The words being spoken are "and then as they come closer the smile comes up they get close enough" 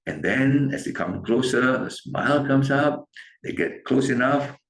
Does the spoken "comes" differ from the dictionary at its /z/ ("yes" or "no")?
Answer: yes